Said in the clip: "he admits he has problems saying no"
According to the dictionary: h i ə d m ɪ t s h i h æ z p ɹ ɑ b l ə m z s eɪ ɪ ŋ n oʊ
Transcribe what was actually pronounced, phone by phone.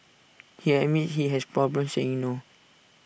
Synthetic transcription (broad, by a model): h i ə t m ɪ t h i h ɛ s p ɹ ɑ b l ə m s eɪ ɪ ŋ n oʊ